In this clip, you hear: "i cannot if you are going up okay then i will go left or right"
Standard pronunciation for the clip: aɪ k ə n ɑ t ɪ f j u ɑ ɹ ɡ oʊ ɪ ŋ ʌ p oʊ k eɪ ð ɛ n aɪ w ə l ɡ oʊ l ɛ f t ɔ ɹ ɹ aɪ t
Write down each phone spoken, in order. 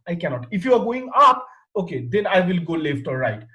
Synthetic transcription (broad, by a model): aɪ k ə n ɑ t ɪ f j u ɑ ɹ ɡ oʊ ɪ ŋ ʌ p oʊ k eɪ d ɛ n aɪ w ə l ɡ oʊ l ɛ f t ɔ l ɹ aɪ t